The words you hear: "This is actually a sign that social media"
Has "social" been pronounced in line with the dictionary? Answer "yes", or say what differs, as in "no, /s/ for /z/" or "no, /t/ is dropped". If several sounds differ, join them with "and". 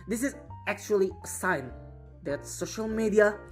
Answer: yes